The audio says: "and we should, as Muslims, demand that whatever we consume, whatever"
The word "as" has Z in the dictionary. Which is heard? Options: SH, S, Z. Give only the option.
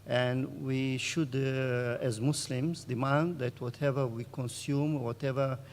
Z